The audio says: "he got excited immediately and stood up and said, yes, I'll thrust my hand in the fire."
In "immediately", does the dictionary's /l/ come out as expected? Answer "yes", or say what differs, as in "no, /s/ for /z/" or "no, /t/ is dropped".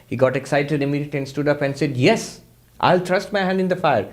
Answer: no, /l/ is dropped